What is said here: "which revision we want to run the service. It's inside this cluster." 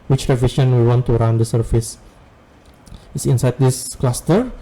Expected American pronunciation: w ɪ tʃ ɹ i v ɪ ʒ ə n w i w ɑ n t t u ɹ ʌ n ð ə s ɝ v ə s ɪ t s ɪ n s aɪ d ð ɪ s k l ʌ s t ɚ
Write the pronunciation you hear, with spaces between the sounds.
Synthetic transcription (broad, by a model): w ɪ tʃ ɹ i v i ʃ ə n w i w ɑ n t t u ɹ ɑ n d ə s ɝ f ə s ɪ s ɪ n s aɪ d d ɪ s k l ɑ s t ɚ